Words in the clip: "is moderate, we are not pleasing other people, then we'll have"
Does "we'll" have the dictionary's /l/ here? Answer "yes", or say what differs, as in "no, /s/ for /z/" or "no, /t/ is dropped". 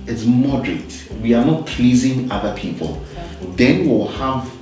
no, /w/ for /l/